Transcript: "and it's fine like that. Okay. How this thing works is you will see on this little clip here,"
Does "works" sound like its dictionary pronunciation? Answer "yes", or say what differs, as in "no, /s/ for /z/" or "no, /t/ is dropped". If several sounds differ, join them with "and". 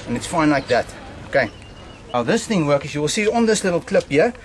no, /s/ is dropped